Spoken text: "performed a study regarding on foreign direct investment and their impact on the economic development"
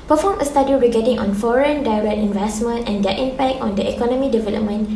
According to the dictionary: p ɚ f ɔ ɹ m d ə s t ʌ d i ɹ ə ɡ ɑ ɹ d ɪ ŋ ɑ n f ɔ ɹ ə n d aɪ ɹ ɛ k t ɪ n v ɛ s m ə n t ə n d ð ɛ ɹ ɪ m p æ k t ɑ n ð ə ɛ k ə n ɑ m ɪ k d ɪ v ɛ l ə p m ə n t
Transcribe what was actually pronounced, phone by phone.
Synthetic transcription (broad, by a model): p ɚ f ɔ m ə s t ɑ d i ɹ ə ɡ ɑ d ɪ ŋ ɑ n f ɔ ɹ ə n d aɪ ɹ ɛ k t ɪ n v ɛ s m ə n t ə n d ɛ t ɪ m p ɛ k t ɑ n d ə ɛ k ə n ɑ m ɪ d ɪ v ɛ l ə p m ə n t